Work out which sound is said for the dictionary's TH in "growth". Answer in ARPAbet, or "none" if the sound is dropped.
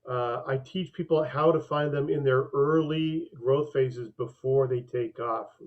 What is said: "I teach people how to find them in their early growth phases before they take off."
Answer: TH